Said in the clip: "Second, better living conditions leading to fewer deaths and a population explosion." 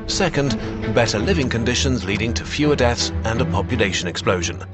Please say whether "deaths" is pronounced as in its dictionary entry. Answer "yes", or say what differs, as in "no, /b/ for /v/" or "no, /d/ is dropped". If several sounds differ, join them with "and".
yes